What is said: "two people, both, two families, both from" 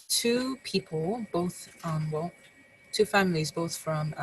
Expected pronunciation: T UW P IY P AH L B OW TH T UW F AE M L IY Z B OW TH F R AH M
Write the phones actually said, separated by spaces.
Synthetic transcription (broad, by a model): T UW P IY P AH L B OW TH T UW F AE M L IY Z B OW TH F R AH M